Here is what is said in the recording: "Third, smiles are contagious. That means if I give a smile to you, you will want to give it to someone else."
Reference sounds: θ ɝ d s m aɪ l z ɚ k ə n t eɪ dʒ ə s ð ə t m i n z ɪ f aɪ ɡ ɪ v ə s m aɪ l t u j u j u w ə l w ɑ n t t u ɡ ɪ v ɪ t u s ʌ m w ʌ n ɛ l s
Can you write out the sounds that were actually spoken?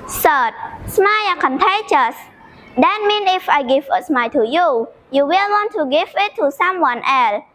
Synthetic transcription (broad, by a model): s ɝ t s m aɪ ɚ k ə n t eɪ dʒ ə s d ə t m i n ɪ f aɪ ɡ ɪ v ə s m aɪ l t u j u j u w ə l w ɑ n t t u ɡ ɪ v ɪ t u s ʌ m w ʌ n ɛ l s